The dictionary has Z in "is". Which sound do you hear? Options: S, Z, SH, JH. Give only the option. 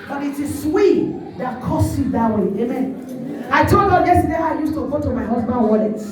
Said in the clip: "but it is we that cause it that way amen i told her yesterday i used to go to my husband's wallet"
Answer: S